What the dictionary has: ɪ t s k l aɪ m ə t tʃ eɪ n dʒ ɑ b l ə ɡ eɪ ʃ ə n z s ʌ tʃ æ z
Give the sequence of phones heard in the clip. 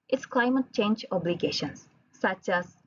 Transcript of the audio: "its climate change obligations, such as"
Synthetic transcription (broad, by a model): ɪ t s k l aɪ m ə t tʃ eɪ n dʒ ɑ b l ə ɡ eɪ ʃ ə n s ʌ tʃ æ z